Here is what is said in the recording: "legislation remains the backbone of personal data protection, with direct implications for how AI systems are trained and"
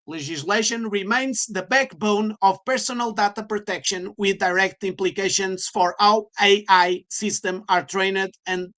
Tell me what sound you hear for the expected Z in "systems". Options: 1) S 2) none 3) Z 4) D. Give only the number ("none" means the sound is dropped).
2